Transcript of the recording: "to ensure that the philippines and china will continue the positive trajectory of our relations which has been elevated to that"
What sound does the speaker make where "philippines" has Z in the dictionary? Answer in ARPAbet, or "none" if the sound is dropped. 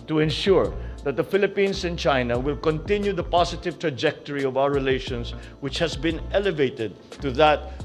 S